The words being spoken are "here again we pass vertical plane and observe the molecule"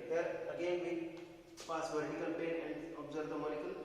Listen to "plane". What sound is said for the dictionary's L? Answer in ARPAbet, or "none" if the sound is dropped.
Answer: none